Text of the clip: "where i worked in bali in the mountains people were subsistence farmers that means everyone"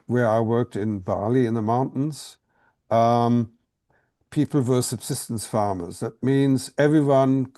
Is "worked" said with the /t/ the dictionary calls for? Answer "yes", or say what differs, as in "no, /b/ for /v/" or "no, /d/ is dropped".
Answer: yes